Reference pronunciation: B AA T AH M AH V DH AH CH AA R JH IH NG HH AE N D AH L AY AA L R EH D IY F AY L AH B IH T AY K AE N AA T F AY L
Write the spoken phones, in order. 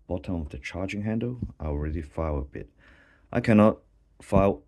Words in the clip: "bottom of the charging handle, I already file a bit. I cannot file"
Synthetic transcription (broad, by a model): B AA T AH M AH V DH AH CH AA R JH IH NG HH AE N D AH L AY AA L R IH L IY F AY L AH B IH T AY K AE N AA T F AY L